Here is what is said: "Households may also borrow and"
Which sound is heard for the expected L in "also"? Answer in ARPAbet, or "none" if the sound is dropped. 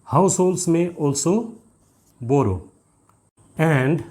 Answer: L